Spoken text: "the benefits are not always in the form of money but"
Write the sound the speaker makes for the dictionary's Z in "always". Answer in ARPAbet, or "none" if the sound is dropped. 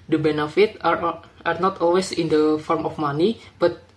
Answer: S